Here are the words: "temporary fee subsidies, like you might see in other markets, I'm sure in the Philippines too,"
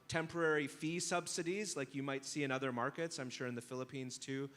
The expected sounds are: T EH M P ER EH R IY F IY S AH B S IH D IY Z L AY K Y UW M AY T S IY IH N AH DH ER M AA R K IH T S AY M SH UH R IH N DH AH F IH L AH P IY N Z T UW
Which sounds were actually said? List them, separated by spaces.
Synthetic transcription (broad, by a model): T EH M P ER EH R IY F IY S AH B S IH D IY Z L AY K Y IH M AY T S IY IH N AH DH ER M AA R K IH T S AY M SH UH R IH N DH AH F IH L AH P IY N Z T UW